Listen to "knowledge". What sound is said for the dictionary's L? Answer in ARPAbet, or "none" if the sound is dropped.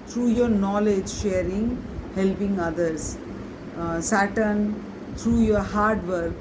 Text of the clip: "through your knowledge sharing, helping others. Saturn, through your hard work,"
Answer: L